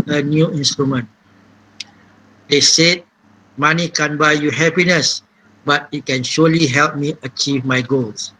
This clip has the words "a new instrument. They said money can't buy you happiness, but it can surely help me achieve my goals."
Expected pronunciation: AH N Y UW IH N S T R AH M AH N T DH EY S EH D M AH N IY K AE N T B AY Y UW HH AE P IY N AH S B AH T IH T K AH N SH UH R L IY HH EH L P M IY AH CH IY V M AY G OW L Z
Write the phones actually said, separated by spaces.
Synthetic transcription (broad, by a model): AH N Y UW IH N S T R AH M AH N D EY S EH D M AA N IY K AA N B AY Y UW HH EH P IY N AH S B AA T IH T K AH N SH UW L IY HH EH L P M IY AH CH IY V M AY G OW L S